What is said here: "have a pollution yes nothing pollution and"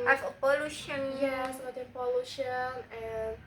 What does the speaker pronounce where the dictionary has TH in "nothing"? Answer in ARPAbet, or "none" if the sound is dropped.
T